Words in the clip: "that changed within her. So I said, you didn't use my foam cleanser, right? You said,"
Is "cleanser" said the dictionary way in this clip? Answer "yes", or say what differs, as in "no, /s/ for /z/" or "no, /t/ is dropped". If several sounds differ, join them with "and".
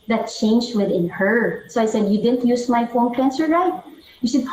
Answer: no, /s/ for /z/